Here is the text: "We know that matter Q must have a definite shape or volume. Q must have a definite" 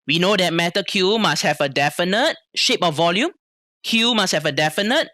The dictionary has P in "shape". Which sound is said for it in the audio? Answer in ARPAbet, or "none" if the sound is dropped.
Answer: P